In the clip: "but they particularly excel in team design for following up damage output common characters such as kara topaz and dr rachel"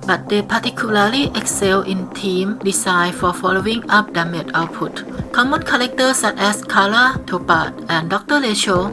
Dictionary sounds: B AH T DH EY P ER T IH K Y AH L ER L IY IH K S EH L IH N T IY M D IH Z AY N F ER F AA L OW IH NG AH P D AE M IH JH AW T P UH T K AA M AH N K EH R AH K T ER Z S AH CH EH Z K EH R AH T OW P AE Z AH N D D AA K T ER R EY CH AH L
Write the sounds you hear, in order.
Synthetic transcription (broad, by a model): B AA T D EY P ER T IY K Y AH L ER L IY IH K S EH L IH N T IY M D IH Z AY F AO F AA L OW IH NG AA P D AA M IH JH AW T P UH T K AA M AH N K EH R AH K T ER S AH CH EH S K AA L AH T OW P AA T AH N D D AA K T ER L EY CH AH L